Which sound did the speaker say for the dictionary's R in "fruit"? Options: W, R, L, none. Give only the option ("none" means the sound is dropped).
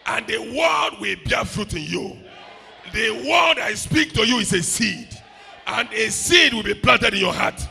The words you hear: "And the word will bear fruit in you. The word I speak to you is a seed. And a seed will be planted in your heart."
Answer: R